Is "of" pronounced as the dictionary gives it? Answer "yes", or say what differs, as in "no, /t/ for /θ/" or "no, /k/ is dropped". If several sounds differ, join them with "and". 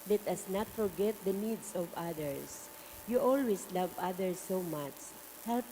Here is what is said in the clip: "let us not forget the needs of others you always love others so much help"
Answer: yes